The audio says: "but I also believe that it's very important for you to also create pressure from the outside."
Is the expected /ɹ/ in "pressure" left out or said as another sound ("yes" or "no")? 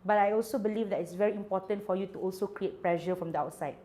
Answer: yes